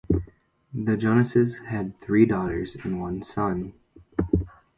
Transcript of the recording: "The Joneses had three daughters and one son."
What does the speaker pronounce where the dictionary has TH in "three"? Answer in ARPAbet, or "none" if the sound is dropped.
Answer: TH